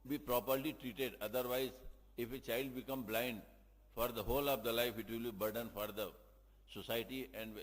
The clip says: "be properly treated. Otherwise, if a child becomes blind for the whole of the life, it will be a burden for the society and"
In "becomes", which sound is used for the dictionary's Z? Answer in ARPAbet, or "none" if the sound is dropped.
none